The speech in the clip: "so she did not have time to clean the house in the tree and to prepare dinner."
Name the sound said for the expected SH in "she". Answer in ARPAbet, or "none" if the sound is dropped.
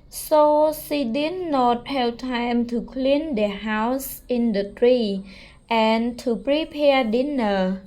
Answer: S